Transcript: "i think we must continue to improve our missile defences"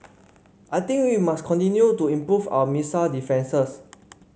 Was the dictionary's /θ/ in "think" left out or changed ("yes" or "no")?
yes